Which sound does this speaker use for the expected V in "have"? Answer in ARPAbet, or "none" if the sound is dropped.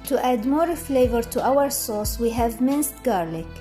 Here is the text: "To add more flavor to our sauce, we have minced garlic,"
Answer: V